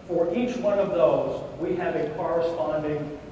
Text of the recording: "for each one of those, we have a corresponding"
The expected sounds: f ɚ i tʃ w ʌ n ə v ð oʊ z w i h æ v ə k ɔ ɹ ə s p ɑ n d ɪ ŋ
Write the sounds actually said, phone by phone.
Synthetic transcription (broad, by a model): f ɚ i tʃ w ʌ n ə v ð oʊ z w i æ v ə k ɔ ɹ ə s p ɑ n d ɪ ŋ